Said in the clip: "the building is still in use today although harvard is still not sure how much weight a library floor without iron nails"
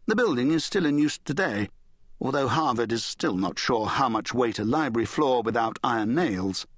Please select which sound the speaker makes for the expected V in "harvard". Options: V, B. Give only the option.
V